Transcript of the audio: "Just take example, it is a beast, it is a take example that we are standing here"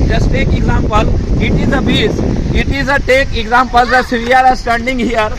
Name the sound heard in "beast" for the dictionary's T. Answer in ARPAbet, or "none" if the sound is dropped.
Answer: none